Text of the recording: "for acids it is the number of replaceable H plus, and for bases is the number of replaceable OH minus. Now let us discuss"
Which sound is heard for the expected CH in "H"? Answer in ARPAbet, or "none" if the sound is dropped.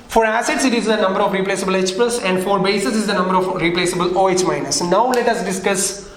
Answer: S